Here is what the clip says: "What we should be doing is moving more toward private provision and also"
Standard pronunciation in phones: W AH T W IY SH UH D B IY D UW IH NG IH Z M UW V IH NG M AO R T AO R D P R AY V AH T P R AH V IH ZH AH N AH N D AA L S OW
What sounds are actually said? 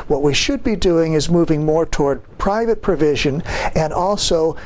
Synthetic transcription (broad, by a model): W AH T W IY SH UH D B IY D UW IH NG IH Z M UW V IH NG M AO R T AO R D P R AY V AH T P R AH V IH ZH AH N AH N AA L S OW